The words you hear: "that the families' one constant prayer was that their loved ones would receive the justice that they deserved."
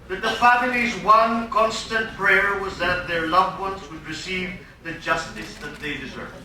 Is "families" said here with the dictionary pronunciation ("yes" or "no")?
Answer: yes